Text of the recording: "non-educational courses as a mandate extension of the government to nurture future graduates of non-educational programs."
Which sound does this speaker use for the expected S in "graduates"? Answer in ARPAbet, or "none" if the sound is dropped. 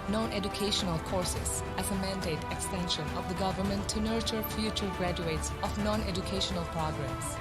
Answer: S